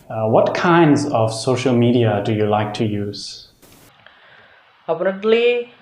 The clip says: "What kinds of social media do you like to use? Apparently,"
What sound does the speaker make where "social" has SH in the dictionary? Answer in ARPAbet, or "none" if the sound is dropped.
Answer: SH